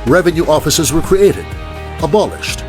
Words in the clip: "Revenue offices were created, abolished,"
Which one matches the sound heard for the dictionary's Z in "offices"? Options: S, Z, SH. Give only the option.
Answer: Z